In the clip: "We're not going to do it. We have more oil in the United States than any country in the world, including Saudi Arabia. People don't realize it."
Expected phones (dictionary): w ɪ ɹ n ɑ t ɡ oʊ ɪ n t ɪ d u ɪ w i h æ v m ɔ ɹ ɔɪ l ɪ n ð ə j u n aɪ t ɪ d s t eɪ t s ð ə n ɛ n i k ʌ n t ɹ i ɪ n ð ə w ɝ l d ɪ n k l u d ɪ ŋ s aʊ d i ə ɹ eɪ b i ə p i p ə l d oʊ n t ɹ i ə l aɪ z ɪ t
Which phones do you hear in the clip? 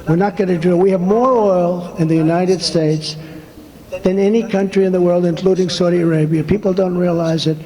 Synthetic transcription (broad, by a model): w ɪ ɹ n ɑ t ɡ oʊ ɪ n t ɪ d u ɪ w i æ v m ɔ ɹ ɔɪ l ɪ n ð ə j u n aɪ t ɪ d s t eɪ t s ð ə n ɛ n i k ʌ n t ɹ i ɪ n ð ə w ɝ l d ɪ n k l u d ɪ ŋ s aʊ d i ə ɹ eɪ b i ə p i p l d oʊ n t ɹ i ə l aɪ z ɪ t